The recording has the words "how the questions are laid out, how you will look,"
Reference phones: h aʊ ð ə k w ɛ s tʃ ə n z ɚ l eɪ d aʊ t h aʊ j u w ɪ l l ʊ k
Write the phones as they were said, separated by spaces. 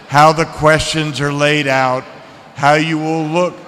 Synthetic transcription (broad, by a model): h aʊ ð ə k w ɛ s tʃ ə n z ɚ l eɪ d aʊ t h aʊ j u w ɪ l l ʊ k